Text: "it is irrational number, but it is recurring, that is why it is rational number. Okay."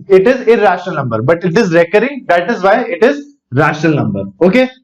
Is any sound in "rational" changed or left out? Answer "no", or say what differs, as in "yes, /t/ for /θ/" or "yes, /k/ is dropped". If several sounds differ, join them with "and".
no